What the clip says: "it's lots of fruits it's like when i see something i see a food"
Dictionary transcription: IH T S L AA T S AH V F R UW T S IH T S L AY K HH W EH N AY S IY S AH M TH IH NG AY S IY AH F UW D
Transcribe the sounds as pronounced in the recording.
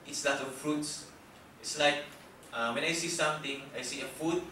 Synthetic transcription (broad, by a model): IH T S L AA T AH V F R UW T S IH T S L AY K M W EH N AY S IY S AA M T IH NG AY S IY AH F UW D